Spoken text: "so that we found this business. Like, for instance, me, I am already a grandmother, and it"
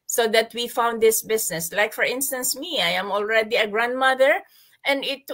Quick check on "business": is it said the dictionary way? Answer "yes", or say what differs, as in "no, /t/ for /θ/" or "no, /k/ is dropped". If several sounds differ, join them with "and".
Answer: no, /s/ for /z/